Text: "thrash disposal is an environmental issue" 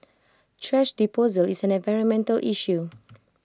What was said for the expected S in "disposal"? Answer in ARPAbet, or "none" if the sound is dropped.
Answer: none